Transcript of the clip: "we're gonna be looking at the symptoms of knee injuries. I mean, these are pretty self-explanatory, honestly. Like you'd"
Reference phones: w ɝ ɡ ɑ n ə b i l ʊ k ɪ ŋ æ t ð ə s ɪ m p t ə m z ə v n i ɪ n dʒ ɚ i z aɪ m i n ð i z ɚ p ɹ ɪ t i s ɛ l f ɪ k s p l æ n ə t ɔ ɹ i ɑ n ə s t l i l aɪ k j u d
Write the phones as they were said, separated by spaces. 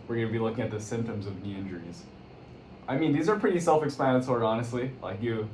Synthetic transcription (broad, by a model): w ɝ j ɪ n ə b i l ʊ k ɪ ŋ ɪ t ð ə s ɪ m p t ə m z ə v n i ɪ n dʒ ɚ i z aɪ m i n ð i z ɚ p ɹ ɪ t i s ɛ l f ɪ k s p æ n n s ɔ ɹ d ɑ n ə s t l i l aɪ k j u